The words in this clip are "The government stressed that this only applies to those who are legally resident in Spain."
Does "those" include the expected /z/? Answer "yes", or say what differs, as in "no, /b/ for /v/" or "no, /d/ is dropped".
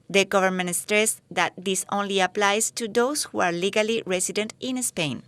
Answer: no, /s/ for /z/